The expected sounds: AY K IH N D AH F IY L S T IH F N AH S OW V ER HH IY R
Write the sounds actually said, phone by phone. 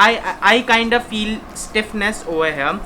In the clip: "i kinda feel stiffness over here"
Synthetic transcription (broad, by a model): AY K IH N D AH F IY L S T IH F N AH S OW V ER HH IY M